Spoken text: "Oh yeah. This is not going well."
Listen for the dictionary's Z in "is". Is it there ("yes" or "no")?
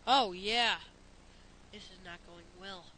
yes